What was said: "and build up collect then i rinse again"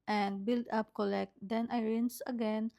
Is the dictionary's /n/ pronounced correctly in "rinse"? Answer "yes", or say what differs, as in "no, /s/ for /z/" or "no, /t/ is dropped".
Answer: yes